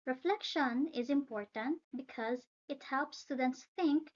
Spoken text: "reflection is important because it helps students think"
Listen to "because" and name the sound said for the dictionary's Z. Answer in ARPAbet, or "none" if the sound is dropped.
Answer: Z